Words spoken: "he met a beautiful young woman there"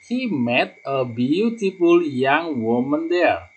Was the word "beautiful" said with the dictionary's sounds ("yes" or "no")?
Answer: no